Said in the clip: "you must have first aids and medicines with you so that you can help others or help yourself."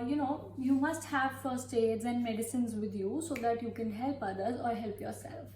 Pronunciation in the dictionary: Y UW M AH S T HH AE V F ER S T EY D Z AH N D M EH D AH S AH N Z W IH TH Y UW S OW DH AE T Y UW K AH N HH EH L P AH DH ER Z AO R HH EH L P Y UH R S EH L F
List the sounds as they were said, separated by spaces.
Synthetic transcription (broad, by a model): Y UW M AH S T HH AE V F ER S T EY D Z AH N D M EH D AH S AH N Z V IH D Y UW S OW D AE T Y UW K AH N HH EH L P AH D ER Z AO R HH EH L P Y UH R S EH L F